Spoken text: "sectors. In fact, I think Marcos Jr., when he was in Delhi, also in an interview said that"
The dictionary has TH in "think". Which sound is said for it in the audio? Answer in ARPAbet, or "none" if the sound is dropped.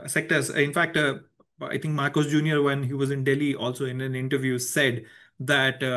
T